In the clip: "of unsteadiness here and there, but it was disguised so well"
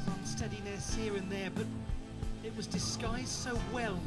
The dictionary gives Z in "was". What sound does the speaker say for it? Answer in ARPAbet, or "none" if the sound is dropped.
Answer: Z